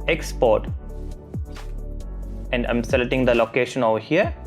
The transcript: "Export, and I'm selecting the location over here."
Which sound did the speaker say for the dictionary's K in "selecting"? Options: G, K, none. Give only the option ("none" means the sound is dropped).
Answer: none